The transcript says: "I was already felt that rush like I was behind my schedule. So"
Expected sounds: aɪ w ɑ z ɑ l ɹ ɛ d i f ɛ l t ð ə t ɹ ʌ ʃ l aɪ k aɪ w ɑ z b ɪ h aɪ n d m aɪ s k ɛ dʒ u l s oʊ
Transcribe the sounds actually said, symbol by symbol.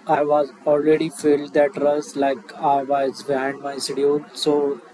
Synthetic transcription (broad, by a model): aɪ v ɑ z ɑ l ɹ ɛ d i f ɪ l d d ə t ɹ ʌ s l aɪ k aɪ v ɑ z b ɪ h aɪ n d m aɪ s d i u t s oʊ